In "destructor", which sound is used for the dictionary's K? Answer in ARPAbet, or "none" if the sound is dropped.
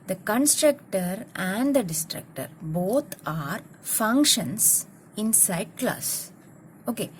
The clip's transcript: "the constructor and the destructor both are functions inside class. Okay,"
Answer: K